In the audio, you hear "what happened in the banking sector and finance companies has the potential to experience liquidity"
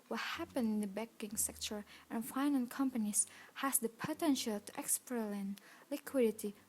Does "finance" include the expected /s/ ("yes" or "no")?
no